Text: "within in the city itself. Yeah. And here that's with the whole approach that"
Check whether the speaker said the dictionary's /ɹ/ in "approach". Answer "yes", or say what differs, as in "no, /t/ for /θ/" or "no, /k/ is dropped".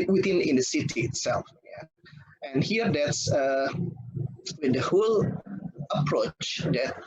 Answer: yes